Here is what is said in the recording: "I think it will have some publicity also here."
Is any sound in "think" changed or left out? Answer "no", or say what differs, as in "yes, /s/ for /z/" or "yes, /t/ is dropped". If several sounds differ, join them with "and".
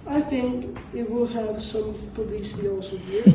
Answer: no